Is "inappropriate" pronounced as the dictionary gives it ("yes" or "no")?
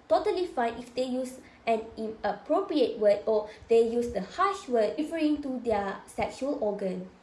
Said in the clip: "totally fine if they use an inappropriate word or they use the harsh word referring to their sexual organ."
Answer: no